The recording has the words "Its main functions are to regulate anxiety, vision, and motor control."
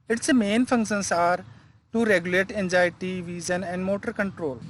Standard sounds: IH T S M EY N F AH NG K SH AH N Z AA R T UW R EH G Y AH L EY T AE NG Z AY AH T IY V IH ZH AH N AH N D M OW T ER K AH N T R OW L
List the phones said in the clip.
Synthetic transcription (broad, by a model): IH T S M EY N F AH NG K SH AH N S AA R T UW R EH G Y AH L EY T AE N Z AY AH T IY V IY Z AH N AH N D M OW T ER K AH N T R OW L